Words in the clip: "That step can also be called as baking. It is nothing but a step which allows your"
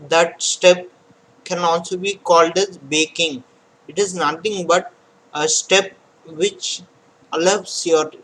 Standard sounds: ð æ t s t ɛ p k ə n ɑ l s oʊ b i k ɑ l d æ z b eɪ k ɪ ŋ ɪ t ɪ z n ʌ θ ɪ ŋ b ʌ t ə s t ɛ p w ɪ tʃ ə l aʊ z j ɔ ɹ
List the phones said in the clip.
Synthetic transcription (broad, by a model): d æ t s t ɛ p k ə n ɑ l s oʊ b i k ɑ l d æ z b eɪ k ɪ ŋ ɪ t ɪ z n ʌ t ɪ ŋ b ʌ t ə s t ɛ p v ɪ tʃ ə l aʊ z j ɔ ɹ